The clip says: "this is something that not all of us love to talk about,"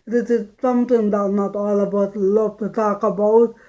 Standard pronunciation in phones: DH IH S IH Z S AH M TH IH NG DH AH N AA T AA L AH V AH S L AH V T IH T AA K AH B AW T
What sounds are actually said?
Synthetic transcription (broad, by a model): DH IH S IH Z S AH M T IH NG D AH N AA T AA L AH B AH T L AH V T IH T AA K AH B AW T